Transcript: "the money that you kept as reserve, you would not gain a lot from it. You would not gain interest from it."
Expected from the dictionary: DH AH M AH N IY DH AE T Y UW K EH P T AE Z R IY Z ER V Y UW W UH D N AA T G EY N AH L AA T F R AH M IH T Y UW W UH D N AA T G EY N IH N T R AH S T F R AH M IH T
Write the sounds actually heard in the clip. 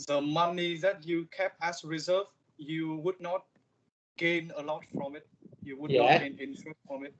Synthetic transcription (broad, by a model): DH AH M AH N IY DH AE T Y UW K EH P AE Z R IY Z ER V Y UW W UH D N AA T G EY N AH L AA T F R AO M IH T Y UW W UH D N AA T G EY N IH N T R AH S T F R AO M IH T